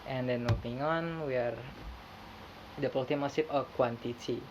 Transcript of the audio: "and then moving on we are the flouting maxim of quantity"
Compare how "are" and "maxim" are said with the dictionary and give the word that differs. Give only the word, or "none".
maxim